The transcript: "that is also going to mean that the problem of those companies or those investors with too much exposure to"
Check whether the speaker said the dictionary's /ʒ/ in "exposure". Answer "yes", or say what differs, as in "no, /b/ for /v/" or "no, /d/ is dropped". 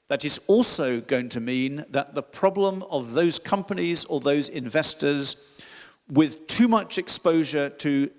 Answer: yes